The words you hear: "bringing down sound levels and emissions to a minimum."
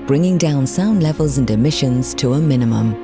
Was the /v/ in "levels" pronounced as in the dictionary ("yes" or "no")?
yes